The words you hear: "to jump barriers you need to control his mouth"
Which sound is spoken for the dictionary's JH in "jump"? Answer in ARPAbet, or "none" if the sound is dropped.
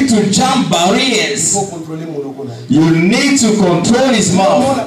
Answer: CH